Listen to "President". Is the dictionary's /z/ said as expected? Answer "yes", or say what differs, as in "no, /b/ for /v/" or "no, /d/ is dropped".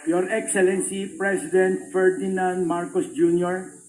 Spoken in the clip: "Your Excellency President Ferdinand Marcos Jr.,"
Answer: no, /s/ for /z/